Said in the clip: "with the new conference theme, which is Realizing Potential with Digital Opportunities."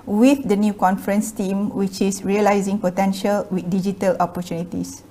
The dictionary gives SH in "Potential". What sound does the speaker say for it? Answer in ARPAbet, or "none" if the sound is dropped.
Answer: SH